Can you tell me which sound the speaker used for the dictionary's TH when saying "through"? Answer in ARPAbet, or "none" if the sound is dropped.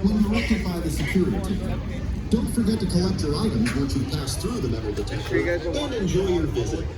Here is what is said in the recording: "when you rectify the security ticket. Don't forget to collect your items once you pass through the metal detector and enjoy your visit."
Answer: TH